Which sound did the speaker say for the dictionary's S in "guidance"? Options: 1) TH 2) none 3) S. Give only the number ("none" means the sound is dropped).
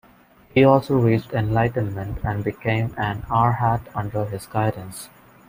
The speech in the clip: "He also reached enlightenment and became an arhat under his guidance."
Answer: 3